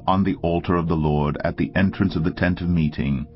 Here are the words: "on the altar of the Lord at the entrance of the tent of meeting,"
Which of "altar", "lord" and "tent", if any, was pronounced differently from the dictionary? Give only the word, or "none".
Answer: none